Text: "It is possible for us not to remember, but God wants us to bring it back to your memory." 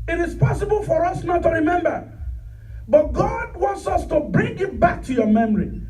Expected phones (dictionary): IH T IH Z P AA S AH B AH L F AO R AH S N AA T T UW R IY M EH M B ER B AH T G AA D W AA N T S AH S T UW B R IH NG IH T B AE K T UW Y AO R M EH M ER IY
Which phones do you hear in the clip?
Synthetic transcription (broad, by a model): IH T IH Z P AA S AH B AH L F AO R AH S N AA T T UW R IY M EH M B ER B AH T G AA D W AA N T S AH S T UW B R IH NG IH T B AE K T UW Y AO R M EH M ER IY